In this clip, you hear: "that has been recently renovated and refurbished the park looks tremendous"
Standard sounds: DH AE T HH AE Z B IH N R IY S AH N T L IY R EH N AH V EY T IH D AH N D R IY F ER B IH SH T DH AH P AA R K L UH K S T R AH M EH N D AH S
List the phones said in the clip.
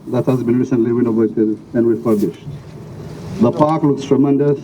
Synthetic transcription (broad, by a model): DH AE T HH AE Z B IH N R IY S AH N T L IY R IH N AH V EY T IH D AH N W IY P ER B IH SH T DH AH P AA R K L UH K S T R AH M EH N D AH S